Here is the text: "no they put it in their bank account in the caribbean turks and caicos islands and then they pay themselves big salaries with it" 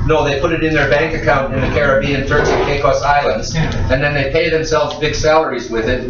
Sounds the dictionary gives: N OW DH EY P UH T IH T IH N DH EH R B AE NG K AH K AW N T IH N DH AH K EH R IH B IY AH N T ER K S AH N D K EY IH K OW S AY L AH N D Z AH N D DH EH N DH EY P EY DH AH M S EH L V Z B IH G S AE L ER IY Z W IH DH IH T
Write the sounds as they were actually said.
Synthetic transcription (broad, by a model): N OW DH EY P UH T IH T IH N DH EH R B AE NG K AH K AW N T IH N DH AH K EH R IH B IY AH N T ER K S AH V K EY IH K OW S AY L AH N D Z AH N DH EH N DH EY P EY DH AH M S EH L V Z B IH G S AE L ER IY Z W IH DH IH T